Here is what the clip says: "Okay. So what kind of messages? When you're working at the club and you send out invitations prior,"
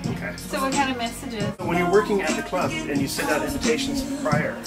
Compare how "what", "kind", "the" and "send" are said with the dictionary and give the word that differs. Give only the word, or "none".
send